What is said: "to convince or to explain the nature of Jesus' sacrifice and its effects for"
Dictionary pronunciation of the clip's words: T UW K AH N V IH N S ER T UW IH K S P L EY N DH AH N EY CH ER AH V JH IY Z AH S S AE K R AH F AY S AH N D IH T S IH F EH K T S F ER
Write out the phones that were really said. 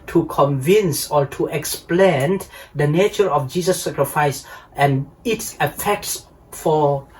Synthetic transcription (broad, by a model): T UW K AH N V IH N S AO T UW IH K S P L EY N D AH N EY CH ER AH F JH IY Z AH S S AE K R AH F AY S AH N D IH T S IH F EH K T S F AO